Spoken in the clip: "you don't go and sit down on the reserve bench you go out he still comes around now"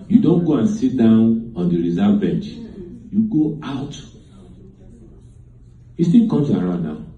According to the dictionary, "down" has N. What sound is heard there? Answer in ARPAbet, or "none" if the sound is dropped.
N